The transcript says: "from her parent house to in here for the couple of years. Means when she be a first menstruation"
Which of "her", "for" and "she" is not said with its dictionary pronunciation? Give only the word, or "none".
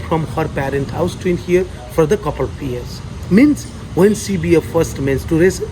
she